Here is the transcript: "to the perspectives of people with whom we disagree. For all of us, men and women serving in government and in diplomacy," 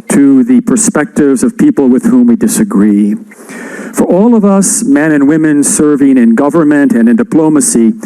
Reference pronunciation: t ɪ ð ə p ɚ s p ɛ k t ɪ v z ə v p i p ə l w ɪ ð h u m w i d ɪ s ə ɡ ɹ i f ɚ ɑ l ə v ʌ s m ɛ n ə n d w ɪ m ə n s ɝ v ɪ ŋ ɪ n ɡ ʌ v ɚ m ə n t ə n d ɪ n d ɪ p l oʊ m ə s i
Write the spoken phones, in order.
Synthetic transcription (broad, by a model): t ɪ ð ə p ɚ s p ɛ k t ɪ v z ə v p i p l w ɪ ð h u m w i d ɪ s ə ɡ ɹ i f ɚ ɑ l ə v ʌ s m ɛ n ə n w ɪ m ə n s ɝ v ɪ ŋ ɪ n ɡ ʌ v ɚ m ə n t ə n ɪ n d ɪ p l oʊ m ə s i